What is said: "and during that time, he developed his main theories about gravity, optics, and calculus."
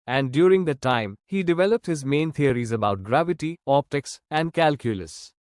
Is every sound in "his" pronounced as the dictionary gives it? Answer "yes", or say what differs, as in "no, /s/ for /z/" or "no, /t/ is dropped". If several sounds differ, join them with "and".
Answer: yes